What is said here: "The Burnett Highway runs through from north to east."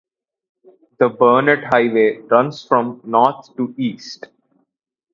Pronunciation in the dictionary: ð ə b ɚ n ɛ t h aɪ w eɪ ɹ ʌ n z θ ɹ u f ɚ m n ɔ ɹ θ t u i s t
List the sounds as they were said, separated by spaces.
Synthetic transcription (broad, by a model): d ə b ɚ n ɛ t h aɪ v eɪ ɹ ʌ n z f ɹ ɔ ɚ m n ɔ ɹ t t u i s t